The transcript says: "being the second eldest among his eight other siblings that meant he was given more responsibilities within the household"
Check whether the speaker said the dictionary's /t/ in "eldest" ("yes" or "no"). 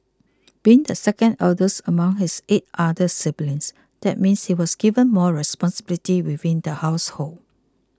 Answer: no